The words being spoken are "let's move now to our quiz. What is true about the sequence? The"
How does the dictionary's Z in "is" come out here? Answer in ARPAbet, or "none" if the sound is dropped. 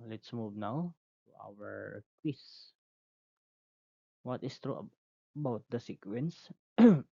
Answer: S